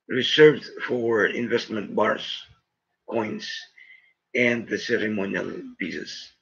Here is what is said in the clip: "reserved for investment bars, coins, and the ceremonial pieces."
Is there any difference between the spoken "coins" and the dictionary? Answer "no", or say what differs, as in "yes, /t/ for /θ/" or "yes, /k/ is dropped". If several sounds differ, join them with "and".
yes, /s/ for /z/